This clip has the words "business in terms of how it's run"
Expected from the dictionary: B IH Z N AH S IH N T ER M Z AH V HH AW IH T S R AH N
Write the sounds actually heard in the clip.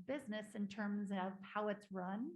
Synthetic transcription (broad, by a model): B IH Z N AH S IH N T ER M Z AH V HH AW IH T S R AH N